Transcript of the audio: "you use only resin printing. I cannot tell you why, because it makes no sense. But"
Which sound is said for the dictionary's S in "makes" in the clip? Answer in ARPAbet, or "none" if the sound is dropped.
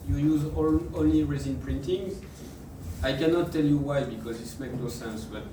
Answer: none